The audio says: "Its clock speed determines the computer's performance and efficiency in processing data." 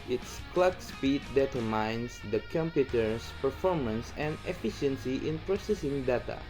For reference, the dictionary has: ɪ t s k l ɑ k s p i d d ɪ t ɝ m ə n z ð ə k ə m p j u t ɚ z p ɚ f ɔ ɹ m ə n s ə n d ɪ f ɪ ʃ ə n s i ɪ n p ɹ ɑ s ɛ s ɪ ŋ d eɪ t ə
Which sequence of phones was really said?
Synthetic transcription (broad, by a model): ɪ t s k l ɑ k s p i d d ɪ t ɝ m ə n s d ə k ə m p j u t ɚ s p ɚ f ɔ ɹ m ə n s ə n d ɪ f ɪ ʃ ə n s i ɪ n p ɹ ɑ s ɛ s ɪ ŋ d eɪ t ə